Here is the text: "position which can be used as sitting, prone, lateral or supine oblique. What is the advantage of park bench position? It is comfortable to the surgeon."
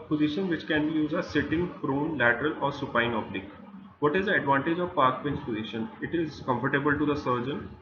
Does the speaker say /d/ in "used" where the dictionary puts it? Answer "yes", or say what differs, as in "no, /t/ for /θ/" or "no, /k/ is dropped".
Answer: no, /d/ is dropped